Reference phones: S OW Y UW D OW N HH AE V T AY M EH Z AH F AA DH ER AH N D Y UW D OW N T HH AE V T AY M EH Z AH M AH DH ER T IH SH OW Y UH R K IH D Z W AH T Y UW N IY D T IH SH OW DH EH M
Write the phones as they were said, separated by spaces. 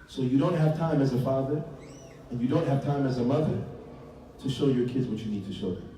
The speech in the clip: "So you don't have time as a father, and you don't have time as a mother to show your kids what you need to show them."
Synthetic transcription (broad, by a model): S OW Y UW D OW N HH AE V T AY M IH Z AH F AA DH ER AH N Y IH D OW N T HH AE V T AY M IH Z AH M AH DH ER T IH SH OW Y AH R K IH D Z W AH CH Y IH N IY D T IH SH OW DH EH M